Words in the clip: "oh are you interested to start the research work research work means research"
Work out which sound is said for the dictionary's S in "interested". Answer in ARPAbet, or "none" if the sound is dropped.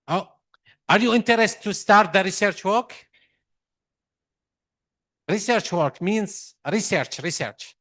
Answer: none